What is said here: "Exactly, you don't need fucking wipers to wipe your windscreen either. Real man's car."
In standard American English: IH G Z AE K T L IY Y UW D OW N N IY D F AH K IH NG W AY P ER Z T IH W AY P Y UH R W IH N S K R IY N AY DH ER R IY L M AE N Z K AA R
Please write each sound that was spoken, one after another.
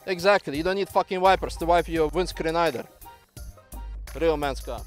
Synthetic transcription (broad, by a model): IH G Z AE K T L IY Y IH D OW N N IY D F AH K IH NG W AY P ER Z T IH W AY P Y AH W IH N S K R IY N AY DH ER R IY L M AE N S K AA